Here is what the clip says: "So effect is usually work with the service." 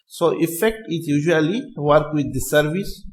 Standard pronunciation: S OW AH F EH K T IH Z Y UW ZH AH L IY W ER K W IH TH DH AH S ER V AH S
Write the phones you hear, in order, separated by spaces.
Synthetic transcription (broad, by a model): S OW AH F EH K T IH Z Y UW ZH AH L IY W ER K W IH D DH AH S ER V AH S